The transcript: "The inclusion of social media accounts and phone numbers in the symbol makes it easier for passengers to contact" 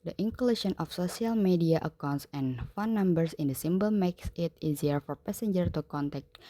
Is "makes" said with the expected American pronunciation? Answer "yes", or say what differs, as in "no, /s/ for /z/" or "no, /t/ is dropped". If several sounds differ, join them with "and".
yes